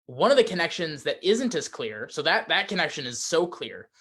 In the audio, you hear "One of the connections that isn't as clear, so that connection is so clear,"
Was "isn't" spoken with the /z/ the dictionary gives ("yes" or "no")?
yes